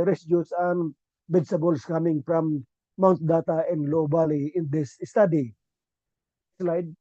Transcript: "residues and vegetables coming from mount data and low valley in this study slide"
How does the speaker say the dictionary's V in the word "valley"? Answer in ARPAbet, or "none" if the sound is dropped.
B